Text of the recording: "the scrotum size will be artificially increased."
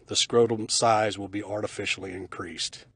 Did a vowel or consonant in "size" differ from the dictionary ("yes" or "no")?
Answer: no